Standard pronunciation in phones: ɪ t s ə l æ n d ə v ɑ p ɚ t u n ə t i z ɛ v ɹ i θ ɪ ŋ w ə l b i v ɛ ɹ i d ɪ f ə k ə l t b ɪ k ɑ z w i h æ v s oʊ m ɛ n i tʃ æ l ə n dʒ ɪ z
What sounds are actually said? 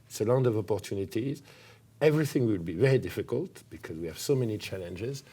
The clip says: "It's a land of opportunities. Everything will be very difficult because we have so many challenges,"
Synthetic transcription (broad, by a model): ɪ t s ə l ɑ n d ə v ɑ p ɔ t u n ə t i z ɛ v ɹ i θ ɪ ŋ w ə l b i v ɛ ɹ i d ɪ f ə k ə l t b ɪ k ɑ z w i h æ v s oʊ m ɛ n i tʃ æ l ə n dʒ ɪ z